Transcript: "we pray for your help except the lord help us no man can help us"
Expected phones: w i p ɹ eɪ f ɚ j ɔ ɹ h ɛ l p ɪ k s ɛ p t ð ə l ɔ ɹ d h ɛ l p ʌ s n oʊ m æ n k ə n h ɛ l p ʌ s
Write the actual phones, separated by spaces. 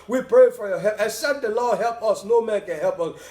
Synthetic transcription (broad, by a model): w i p ɹ eɪ f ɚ j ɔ h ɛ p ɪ s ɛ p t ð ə l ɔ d h ɛ l p ʌ s n oʊ m æ n k ə n h ɛ l p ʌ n